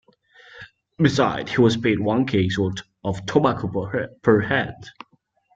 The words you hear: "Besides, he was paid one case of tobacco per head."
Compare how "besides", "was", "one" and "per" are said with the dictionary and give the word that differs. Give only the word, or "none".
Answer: besides